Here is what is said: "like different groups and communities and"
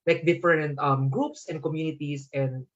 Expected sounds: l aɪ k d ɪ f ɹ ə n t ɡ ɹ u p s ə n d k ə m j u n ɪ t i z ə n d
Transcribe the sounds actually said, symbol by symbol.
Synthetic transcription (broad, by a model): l aɪ k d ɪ f ɹ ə n t ɡ ɹ u p s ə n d k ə m j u n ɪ t i s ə n d